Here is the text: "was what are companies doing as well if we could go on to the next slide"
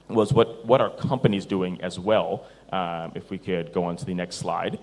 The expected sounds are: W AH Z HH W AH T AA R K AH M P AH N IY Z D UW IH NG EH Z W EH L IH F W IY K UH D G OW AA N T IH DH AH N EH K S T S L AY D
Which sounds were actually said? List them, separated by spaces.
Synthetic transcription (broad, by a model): W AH Z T W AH T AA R K AH M P AH N IY Z D UW IH NG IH Z W EH L IH F W IY K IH D G OW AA N T IH DH AH N EH K S T S L AY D